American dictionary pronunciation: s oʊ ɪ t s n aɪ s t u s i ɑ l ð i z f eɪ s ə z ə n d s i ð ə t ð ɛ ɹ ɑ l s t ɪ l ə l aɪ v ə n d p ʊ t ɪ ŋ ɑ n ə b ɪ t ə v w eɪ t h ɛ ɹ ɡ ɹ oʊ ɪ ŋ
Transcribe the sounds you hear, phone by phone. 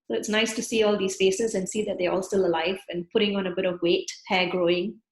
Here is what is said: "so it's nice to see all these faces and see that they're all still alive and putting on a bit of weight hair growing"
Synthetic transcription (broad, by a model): s oʊ ɪ t s n aɪ s t u s i ɑ l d i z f eɪ s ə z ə n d s i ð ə t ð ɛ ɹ ɑ l s t ɪ l ə l aɪ v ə n p ʊ t ɪ ŋ ɑ n ə b ɪ t ə v w eɪ t h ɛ ɡ ɹ oʊ ɪ ŋ